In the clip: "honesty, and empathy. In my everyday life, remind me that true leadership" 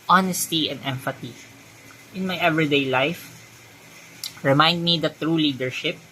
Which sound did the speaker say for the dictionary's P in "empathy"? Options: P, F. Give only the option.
F